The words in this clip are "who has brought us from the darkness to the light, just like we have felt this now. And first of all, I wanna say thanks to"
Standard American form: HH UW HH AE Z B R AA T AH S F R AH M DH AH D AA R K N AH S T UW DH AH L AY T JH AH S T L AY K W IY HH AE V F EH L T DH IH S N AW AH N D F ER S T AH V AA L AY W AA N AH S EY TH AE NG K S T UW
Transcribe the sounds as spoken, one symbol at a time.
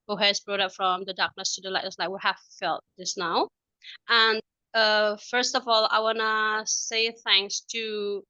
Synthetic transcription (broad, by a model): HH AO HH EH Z B R AA T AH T F R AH M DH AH D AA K N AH S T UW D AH L AY T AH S L AY K W IY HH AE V F EH L T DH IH S N AW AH N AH F ER S T AH V AA L AY W AA N AH S EY TH AE NG K S T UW